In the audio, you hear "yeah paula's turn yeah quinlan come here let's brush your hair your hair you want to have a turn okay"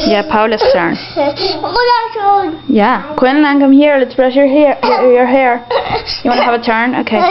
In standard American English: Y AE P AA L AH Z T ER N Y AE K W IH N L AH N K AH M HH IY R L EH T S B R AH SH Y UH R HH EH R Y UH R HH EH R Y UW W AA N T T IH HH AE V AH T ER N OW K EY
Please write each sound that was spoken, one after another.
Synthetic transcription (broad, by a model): Y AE P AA L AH S T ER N Y AE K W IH N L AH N K AH M HH IY R L EH T S B R AH SH Y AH R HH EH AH Y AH R HH EH R Y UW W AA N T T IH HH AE V AH T ER N OW K EY